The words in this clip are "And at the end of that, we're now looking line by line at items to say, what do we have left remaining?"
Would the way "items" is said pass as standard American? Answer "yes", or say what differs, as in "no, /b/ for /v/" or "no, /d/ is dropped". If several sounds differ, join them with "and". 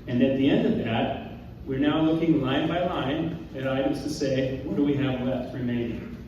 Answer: no, /m/ is dropped